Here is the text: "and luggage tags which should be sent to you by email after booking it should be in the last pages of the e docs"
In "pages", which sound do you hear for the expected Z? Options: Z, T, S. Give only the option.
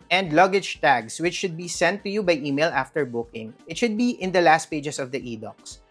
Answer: S